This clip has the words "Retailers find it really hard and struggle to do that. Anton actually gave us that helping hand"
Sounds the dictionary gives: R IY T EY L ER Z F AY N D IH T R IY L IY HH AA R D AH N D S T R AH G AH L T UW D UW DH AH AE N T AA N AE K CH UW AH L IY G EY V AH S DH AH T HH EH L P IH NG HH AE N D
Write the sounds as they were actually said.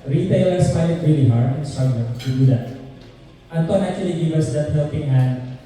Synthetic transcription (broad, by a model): R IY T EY L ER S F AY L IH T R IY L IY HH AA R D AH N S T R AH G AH N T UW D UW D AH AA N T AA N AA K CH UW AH L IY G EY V AH S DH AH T HH EH L P IH NG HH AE N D